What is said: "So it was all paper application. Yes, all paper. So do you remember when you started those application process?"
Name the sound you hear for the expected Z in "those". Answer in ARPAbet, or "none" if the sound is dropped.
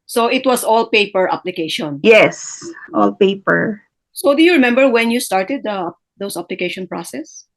S